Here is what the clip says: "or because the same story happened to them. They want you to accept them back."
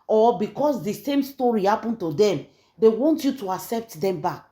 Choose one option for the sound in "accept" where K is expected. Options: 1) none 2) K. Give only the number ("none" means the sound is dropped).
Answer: 2